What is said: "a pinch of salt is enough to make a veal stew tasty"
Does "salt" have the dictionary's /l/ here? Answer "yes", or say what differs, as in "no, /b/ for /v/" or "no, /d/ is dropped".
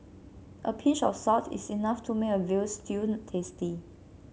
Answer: no, /l/ is dropped